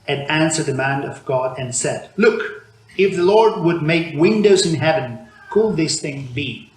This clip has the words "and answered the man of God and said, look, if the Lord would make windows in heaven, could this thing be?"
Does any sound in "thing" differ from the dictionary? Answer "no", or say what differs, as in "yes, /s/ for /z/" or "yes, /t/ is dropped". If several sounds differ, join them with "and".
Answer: no